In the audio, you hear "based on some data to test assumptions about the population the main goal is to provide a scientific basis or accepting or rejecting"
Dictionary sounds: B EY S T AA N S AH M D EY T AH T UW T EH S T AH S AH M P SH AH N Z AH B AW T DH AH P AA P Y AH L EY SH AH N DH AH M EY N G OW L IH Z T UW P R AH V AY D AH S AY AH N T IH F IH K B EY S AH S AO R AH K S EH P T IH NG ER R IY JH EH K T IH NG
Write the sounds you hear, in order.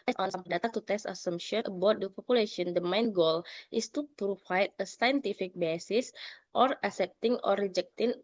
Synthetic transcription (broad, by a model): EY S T AA N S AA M D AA T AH T UW T EH S T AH S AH M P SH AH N AH B AW T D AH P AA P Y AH L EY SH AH N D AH M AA N G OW L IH S T UW P R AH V AY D AH S AY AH N T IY F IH K B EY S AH S AO R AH S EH P T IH NG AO R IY JH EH K T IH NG